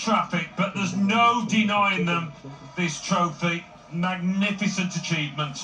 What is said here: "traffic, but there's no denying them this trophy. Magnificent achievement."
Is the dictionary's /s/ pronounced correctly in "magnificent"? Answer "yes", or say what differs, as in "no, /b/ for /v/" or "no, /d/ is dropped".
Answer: yes